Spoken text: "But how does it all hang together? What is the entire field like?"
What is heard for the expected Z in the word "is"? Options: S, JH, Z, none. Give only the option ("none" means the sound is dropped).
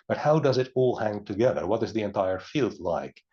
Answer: Z